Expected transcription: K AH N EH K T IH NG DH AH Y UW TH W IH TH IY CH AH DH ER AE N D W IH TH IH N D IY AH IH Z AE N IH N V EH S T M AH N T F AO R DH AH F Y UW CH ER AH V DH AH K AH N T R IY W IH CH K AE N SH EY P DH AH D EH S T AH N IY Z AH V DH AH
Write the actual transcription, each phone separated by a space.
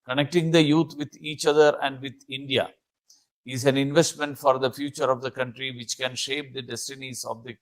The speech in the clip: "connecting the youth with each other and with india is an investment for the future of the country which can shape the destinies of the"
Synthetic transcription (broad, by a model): K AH N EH K T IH NG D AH Y UW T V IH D IY CH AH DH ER AE N D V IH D IH N D IY AH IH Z AE N IH N V EH S T M AH N T F AO R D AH F Y UW CH ER AH V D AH K AH N T R IY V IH CH K AE N SH EY P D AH D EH S T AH N IY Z AH V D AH